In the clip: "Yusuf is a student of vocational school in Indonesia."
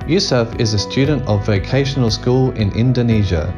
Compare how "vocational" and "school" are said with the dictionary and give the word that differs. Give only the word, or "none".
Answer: none